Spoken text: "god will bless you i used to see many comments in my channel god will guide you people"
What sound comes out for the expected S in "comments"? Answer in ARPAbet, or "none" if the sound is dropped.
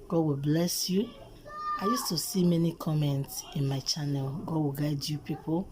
S